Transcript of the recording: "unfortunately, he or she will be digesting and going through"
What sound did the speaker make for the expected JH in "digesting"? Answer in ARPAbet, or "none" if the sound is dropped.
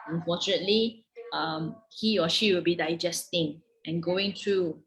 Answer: JH